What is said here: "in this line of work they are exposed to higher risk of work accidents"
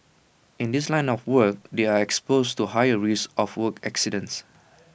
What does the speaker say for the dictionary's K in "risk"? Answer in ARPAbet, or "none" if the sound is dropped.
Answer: none